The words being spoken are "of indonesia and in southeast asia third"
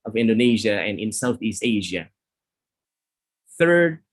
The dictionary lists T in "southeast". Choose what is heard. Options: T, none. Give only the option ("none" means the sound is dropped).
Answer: T